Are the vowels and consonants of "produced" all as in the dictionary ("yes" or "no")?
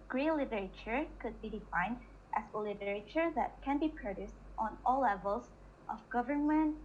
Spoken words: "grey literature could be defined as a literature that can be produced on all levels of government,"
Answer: yes